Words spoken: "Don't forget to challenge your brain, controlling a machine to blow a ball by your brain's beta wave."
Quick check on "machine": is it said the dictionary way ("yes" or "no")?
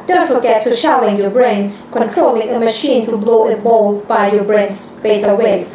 yes